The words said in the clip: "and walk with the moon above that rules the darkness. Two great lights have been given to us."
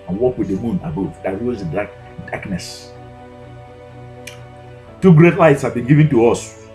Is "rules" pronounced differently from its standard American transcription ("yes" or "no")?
yes